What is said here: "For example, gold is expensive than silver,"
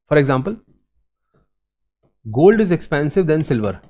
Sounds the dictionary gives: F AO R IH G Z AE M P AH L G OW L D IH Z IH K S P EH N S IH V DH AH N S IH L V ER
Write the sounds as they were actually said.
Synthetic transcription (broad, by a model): F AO R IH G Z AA M P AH L G OW L D IH Z IH K S P EH N S IH V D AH N S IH L V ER